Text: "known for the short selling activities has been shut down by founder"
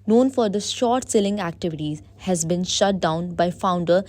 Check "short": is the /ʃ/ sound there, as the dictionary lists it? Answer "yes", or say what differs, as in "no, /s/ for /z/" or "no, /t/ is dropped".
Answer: yes